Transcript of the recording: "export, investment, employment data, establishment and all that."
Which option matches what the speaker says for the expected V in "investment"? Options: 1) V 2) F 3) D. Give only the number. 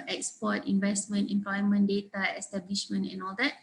1